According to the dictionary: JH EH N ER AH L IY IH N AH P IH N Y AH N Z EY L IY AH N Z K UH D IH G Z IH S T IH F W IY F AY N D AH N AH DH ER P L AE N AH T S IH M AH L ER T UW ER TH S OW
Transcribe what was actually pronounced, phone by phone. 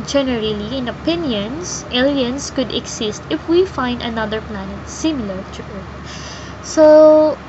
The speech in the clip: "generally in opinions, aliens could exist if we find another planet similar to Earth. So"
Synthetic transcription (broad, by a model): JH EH N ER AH L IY IH N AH P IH N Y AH N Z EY L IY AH N S K UH D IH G S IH S T IH F W IY F AY N D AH N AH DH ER P L AE N AH T S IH M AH L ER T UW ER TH S OW